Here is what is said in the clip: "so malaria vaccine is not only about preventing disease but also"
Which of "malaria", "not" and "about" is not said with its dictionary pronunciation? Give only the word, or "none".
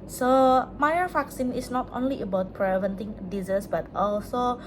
malaria